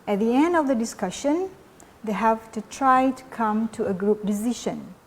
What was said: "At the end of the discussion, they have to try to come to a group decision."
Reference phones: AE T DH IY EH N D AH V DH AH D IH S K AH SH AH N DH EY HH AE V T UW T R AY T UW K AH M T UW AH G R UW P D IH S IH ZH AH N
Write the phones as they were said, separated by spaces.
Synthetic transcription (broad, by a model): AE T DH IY EH N D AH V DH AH D IH S K AH SH AH N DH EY HH AE V T UW T R AY T UW K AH M T UW AH G R UW P D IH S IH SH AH N